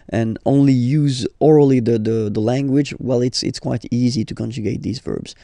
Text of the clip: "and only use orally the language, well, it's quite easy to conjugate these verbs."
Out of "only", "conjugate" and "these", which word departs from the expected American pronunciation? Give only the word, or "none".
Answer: none